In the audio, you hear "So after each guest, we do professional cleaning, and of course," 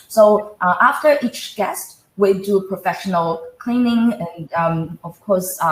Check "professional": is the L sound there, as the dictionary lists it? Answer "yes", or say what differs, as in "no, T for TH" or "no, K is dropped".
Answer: yes